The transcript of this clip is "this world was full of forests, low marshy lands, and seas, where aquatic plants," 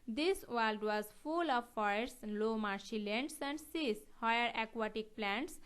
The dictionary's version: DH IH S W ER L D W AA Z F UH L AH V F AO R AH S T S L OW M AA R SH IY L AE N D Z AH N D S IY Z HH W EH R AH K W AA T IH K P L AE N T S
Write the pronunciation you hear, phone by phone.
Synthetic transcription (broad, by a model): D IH S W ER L D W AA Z F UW L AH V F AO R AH T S L OW M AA R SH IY L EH N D S AH N D S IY S HH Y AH R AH K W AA T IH K P L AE N T S